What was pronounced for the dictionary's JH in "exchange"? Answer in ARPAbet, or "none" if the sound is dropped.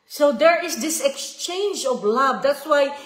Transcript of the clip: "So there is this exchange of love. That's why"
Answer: JH